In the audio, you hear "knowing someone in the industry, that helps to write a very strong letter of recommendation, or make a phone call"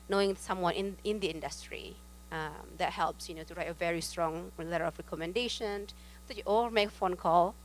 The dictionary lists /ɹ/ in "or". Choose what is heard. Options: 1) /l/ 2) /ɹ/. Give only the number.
1